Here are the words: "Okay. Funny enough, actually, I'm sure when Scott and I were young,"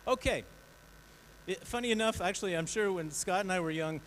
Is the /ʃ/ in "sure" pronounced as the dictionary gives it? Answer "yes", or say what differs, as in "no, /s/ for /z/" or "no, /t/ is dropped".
yes